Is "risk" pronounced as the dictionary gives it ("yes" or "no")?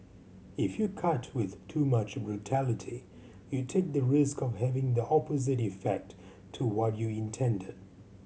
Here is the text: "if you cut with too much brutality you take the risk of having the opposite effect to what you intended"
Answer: yes